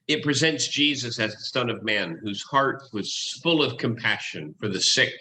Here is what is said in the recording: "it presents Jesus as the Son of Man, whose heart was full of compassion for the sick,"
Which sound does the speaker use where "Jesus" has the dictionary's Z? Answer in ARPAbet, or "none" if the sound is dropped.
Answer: Z